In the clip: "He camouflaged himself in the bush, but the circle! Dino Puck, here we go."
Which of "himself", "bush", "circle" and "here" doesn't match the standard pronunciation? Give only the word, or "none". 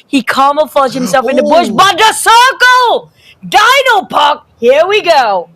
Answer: none